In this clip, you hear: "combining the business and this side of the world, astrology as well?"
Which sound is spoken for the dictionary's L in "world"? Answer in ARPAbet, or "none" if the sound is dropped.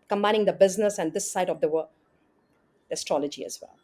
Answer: none